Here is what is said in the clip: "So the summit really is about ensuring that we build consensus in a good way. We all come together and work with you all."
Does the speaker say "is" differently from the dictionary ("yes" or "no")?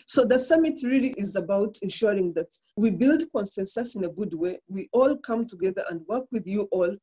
no